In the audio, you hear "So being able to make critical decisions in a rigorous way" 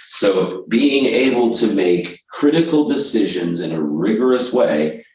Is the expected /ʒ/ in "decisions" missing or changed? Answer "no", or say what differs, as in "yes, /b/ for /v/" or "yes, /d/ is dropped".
no